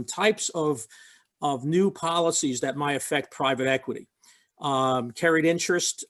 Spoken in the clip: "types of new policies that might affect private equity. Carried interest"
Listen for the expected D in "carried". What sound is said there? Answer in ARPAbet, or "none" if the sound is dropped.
D